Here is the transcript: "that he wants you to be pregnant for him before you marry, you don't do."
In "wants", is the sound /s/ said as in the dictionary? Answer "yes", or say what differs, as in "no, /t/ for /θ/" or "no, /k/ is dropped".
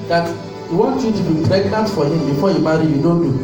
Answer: no, /s/ is dropped